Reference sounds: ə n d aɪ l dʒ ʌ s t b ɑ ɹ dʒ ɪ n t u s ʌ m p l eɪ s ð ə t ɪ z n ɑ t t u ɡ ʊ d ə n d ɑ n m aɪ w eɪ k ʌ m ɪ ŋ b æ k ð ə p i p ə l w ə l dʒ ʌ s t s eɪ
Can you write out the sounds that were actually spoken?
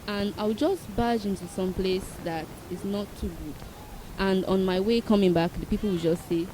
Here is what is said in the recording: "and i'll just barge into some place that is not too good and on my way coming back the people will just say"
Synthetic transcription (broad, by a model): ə n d aɪ w dʒ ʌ s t b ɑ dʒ ɪ n t u s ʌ m p l eɪ s ð ə t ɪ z n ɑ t t u ɡ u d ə n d ɑ n m aɪ w eɪ k ʌ m ɪ ŋ b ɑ k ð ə p i p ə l w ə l dʒ ʌ s t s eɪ